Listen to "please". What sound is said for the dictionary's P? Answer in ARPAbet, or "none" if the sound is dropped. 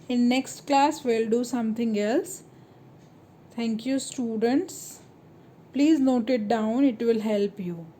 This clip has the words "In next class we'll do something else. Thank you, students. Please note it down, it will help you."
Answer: P